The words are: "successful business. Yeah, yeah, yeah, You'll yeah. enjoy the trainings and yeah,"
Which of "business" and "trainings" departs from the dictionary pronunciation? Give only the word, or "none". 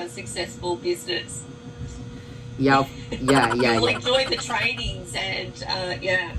none